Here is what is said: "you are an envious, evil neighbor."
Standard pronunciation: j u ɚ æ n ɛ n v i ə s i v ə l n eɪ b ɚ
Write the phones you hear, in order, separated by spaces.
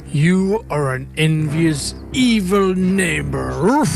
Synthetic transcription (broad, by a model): j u ɚ æ n ɛ n v i ə s i v ə l n eɪ b ɚ